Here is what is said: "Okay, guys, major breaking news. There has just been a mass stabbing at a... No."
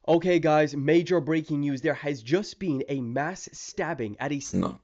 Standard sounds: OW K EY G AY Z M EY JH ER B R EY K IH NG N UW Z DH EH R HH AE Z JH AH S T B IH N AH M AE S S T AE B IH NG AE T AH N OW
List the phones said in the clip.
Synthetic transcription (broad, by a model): OW K EY G AY Z M EY JH ER B R EY K IH NG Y UW Z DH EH R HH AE Z JH AH S T B IH N AH M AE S S T AE B IH NG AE T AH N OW